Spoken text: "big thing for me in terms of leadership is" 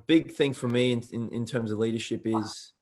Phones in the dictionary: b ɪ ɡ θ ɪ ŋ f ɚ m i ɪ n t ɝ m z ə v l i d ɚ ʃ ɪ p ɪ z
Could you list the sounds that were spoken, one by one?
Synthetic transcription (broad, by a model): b ɪ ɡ θ ɪ ŋ f ɚ m i ɪ n t ɝ m z ə v l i d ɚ ʃ ɪ p ɪ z